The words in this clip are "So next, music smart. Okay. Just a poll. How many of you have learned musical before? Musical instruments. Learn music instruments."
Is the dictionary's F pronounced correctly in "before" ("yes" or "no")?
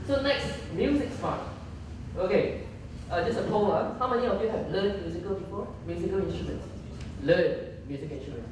no